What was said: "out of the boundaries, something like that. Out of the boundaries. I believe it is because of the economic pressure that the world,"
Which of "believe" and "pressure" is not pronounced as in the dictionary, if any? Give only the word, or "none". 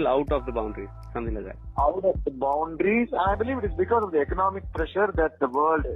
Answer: none